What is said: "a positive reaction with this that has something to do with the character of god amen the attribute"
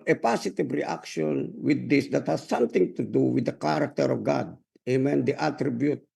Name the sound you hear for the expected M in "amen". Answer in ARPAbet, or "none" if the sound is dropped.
M